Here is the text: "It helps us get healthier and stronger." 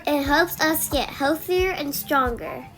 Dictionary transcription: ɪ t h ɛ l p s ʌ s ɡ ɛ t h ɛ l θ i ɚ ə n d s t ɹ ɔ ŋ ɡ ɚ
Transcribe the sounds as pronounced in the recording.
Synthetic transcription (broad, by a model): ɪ t h ɛ l p s ʌ s ɡ ɛ t h ɛ l θ i ɚ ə n s t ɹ ɔ ŋ ɡ ɚ